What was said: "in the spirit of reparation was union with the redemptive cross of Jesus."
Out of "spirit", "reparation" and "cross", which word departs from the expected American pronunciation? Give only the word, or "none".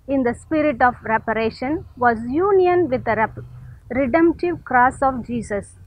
none